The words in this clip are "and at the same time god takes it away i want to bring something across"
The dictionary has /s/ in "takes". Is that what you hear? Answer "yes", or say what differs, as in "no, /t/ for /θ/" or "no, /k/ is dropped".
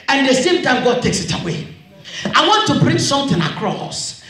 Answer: yes